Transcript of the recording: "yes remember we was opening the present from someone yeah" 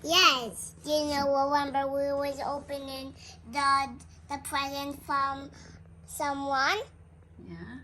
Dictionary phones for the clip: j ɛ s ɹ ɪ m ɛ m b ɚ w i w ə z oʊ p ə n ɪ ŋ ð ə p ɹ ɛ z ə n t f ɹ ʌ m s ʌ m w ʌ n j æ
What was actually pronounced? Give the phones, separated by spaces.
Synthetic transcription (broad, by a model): j ɛ s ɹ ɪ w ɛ m b ɚ w i w ə z oʊ p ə n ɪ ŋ ð ə p ɹ ɛ z ə n t f ɹ ʌ m s ʌ m w ʌ n j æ